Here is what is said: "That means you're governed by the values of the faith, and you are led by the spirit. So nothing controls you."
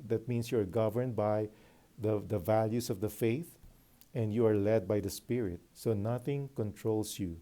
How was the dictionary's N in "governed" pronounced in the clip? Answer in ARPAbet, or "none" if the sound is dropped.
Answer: N